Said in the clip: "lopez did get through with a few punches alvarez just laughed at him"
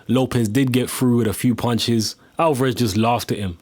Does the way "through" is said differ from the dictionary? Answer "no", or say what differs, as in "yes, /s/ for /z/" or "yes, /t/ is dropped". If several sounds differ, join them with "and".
yes, /f/ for /θ/